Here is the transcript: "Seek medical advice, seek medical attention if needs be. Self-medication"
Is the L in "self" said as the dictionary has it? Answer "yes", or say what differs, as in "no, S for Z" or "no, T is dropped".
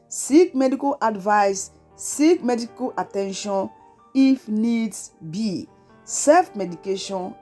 no, L is dropped